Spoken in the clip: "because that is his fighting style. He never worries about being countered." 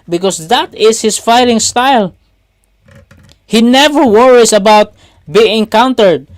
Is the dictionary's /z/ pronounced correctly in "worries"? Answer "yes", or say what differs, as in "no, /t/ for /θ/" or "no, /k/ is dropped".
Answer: no, /s/ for /z/